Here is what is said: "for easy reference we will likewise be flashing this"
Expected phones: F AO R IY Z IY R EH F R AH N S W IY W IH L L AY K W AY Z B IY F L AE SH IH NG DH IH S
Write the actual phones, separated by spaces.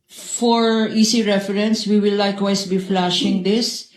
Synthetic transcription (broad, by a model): F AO R IY S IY R EH F R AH N S W IY W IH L L AY K W AY S B IY F L AE SH IH NG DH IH S